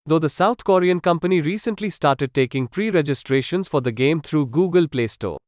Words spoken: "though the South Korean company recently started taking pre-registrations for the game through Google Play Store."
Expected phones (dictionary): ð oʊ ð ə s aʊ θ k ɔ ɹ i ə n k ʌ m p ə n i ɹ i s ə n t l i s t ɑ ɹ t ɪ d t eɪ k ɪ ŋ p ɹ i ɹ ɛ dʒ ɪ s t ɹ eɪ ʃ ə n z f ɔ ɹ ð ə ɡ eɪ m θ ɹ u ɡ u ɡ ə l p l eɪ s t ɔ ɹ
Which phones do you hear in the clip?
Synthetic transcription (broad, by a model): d oʊ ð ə s aʊ t k ɔ ɹ i ə n k ʌ m p ə n i ɹ i s ə n t l i s t ɑ ɹ t ɪ d t eɪ k ɪ ŋ p ɹ i ɹ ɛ dʒ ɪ s t ɹ eɪ ʃ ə n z f ɔ ɹ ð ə ɡ eɪ m t ɹ u ɡ u ɡ ə l p l eɪ s t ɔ